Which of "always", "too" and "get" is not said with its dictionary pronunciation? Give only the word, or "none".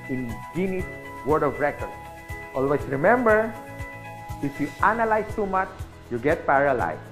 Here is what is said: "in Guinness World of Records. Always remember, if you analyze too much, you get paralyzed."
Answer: always